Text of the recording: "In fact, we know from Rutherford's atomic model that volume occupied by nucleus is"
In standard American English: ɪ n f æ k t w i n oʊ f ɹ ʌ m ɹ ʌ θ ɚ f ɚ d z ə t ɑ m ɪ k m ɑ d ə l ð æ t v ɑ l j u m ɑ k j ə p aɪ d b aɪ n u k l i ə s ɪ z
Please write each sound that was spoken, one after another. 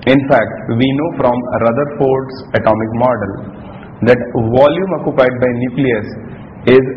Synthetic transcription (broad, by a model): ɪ n f æ k t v i n oʊ f ɹ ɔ m ɹ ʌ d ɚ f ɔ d s ə t ɑ m ɪ k m ɑ d ə l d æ t v ɑ l j u m ɑ k j ə p aɪ d b aɪ n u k l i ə s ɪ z